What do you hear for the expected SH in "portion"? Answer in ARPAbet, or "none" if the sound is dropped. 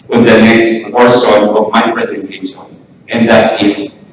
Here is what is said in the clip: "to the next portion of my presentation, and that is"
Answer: S